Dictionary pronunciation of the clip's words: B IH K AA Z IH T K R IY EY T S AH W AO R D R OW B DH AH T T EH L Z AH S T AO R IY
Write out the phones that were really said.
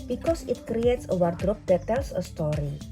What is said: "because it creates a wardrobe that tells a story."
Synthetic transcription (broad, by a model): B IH K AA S IH T K R IY EY T S AH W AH R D R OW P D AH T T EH L S AH S T AO R IY